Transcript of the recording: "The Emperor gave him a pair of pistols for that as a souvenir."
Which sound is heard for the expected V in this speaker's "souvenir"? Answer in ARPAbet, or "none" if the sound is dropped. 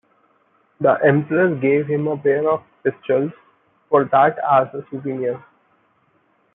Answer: P